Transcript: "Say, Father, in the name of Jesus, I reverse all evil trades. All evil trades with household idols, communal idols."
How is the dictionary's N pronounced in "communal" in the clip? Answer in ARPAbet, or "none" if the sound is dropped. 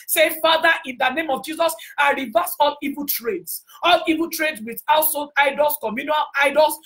N